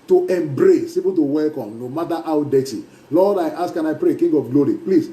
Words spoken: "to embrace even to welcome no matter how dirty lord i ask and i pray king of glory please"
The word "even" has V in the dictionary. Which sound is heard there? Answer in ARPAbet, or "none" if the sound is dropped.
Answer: P